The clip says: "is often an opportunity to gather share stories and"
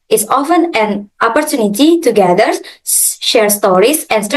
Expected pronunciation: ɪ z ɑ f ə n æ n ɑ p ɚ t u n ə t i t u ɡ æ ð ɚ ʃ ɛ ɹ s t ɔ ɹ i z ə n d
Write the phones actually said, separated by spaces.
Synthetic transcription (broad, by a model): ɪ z ɑ f ə n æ n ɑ p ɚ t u n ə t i t u ɡ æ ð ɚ ʃ ɛ ɹ s t ɔ ɹ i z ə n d